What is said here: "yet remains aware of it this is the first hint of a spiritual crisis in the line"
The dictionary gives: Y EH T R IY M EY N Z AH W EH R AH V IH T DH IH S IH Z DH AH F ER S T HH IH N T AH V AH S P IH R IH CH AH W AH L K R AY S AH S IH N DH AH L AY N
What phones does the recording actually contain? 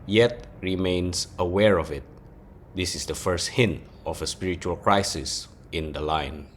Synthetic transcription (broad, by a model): Y EH T R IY M EY N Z AH W EH R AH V IH T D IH S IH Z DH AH F ER S T HH IH N T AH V AH S P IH R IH CH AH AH L K R AY S AH S IH N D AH L AY N